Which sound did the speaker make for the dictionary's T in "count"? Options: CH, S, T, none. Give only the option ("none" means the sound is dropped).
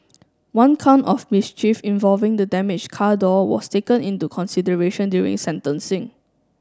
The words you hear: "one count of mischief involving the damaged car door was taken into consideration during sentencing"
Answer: T